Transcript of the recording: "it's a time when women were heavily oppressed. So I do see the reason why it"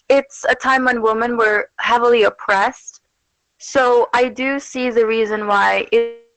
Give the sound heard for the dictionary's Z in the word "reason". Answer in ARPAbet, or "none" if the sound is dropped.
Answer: Z